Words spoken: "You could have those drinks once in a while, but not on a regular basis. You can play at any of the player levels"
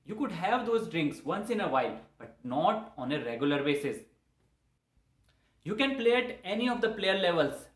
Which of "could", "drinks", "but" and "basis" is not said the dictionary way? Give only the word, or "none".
none